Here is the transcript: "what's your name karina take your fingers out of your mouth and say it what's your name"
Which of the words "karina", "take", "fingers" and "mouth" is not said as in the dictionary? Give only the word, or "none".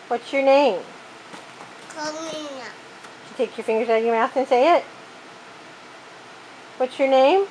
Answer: karina